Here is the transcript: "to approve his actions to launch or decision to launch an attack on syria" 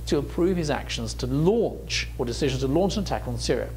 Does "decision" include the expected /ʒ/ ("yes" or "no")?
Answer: yes